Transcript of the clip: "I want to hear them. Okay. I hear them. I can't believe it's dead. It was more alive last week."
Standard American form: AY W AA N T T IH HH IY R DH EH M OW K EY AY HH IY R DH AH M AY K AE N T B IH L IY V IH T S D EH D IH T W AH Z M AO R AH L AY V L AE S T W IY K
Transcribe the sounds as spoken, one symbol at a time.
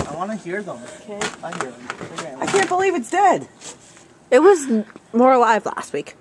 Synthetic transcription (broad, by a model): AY W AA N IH HH IY R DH OW K EY AY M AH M AY K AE N B IH L IY V IH T S D EH D IH T W AH Z M AO R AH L AY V L AE S T W IY K